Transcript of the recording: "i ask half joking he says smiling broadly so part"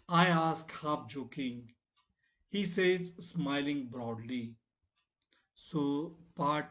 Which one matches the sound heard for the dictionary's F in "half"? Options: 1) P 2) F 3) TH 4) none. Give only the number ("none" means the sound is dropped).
1